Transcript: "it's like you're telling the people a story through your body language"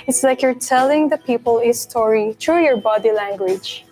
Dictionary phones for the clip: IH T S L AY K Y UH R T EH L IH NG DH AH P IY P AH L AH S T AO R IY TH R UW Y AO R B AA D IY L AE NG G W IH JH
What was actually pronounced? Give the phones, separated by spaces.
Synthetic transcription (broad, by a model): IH T S L AY K Y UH R T EH L IH NG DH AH P IY P AH L AH S T AO R IY T R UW Y AO R B AA D IY L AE NG G W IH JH